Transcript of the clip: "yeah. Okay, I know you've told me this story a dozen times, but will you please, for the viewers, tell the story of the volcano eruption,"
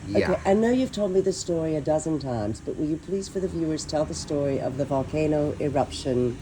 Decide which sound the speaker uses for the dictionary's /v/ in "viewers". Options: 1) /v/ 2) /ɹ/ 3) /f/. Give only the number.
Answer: 1